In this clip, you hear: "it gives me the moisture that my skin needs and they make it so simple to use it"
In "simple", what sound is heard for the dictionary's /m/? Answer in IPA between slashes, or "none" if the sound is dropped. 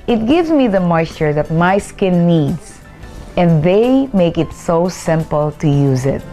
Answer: /m/